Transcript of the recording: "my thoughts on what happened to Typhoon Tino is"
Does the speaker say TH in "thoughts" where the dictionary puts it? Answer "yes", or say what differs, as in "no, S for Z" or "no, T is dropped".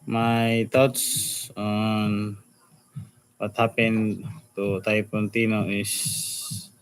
no, T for TH